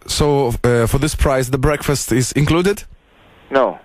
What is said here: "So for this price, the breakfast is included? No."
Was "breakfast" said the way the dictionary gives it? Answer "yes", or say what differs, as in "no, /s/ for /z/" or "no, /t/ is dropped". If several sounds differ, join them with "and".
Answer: yes